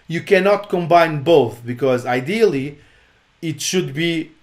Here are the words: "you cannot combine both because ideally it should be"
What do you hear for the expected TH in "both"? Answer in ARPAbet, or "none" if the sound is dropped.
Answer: TH